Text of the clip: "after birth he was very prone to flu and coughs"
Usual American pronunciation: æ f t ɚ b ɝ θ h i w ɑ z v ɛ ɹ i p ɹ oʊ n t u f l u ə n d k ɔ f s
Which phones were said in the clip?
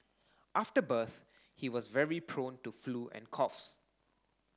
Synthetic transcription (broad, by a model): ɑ f t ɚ b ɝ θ h i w ɑ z v ɛ ɹ i p ɹ oʊ n t u f l u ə n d k ɔ f s